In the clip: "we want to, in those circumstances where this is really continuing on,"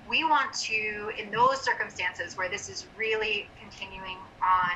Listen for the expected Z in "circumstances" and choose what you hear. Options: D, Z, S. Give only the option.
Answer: Z